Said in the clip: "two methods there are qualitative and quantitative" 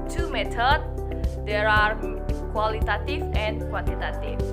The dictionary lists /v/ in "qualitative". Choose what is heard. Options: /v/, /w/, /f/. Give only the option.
/f/